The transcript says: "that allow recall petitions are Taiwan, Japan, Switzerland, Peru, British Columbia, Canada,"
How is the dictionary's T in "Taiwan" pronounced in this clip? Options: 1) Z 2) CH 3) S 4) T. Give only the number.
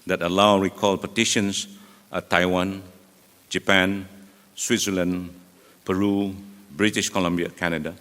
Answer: 4